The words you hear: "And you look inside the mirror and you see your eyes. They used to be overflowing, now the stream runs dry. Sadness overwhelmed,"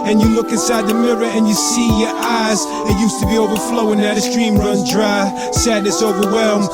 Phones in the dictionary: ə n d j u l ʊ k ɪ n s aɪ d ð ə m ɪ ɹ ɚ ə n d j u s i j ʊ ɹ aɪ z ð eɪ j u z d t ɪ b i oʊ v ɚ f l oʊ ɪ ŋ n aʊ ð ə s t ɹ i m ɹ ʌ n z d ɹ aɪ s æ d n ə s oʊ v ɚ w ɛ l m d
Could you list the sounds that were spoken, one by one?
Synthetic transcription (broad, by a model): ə n j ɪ l ʊ k ɪ n s aɪ d ð ə m ɪ ɹ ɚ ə n j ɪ s i j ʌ ɹ aɪ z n j u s t ɪ b i oʊ v ɚ f l oʊ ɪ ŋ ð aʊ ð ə s t ɹ i m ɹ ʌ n d ɹ aɪ s æ d n ə s oʊ v ɚ w ɛ l m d